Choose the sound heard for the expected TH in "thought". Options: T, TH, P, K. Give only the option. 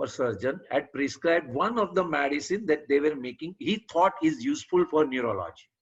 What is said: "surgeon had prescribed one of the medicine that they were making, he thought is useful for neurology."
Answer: T